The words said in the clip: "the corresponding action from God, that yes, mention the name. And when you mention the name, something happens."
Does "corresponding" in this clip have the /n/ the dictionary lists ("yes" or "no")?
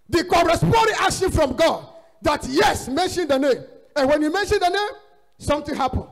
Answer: no